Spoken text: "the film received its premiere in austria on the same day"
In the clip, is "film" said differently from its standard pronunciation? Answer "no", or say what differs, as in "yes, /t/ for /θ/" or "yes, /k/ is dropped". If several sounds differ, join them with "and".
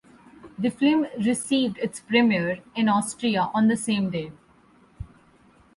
yes, /l/ is dropped